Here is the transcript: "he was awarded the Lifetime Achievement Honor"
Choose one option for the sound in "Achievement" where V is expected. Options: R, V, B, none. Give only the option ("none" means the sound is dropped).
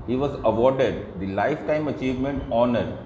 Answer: V